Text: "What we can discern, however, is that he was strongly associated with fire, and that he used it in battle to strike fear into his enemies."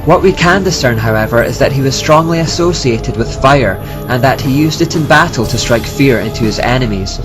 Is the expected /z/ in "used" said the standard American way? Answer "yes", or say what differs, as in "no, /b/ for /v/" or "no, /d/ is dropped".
yes